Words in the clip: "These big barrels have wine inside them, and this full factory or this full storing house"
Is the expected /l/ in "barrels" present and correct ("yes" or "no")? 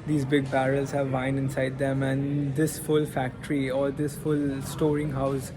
yes